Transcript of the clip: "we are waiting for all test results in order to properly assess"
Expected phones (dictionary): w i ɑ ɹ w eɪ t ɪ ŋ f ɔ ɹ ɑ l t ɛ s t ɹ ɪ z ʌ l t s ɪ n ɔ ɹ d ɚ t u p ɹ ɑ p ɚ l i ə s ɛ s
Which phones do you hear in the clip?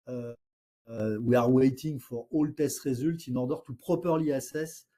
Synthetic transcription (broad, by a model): w i ɑ ɹ w eɪ t ɪ ŋ f ɔ ɹ ɑ l t ɛ s t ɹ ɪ z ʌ l t ɪ n ɔ ɹ d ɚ t u p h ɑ p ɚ l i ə s ɛ s